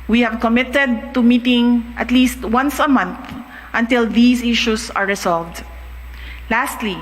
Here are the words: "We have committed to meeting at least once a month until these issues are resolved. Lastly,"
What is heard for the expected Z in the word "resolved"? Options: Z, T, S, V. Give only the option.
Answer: S